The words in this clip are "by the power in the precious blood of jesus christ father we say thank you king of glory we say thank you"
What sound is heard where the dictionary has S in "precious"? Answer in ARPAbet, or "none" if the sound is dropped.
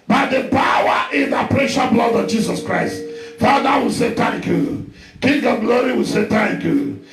none